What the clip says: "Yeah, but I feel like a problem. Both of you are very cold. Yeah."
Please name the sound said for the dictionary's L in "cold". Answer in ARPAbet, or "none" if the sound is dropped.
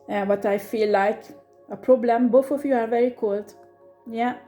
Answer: L